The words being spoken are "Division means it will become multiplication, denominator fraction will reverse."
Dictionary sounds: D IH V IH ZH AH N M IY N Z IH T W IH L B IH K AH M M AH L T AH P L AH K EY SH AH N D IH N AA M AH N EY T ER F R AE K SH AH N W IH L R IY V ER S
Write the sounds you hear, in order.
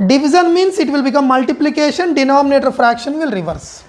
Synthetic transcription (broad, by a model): D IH V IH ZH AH N M IY N S IH T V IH L B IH K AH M M AH L T AH P L AH K EY SH AH N D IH N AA M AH N EY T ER F R AE K SH AH N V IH L R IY V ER S